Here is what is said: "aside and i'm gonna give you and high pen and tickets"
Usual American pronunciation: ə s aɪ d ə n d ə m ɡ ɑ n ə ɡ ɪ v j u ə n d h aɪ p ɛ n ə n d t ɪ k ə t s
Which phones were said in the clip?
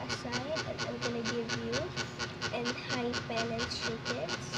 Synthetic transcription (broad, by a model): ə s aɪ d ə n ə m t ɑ l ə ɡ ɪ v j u ə n d h aɪ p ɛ l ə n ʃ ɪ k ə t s